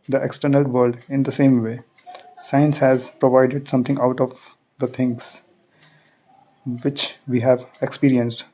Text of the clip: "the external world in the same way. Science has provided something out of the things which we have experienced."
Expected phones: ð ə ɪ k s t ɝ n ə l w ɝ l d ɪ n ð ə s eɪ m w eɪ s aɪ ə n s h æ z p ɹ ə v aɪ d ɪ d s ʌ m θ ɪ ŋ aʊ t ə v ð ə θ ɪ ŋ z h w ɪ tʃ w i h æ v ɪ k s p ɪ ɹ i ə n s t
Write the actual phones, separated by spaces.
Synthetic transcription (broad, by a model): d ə ɪ k s t ɝ n ə l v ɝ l d ɪ n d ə s eɪ m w eɪ s aɪ ə n s h æ z p ɹ ə v aɪ d ɪ d s ʌ m t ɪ ŋ aʊ t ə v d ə t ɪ ŋ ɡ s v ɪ tʃ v i h æ v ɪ k s p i ɹ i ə n s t